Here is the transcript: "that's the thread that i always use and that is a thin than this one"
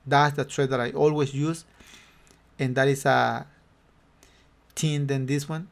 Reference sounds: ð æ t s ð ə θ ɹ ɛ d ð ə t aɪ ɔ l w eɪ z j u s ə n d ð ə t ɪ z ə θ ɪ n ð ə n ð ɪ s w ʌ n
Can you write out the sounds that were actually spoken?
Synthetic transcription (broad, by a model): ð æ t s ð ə t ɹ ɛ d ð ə t aɪ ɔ l w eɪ s j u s ə n d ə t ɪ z ə t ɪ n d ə n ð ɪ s w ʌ n